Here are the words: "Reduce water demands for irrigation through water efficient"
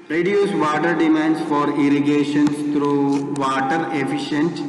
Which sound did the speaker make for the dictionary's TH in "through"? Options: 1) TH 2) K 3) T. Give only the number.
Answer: 3